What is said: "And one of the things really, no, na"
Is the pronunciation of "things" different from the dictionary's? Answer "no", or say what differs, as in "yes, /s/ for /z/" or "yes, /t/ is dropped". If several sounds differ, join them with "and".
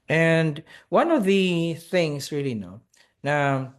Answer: no